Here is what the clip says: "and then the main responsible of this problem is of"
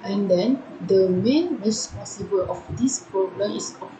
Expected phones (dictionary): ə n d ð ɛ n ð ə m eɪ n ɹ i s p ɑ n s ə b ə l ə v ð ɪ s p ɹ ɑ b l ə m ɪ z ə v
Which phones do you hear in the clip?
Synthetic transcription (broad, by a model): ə n d ɛ n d ə m eɪ n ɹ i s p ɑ s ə b ə l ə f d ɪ s p ɹ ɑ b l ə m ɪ s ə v